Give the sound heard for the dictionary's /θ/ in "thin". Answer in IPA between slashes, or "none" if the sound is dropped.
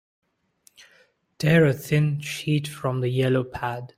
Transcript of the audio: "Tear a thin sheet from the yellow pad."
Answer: /θ/